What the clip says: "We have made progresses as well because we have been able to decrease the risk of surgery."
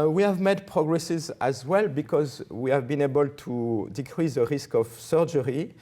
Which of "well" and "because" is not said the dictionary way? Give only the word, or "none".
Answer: none